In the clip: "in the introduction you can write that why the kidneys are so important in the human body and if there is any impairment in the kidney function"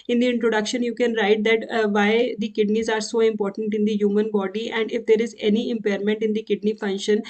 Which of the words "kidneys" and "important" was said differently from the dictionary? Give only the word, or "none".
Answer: none